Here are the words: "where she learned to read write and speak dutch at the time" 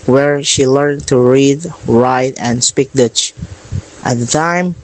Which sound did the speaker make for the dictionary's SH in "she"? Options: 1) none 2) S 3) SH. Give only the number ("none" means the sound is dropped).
3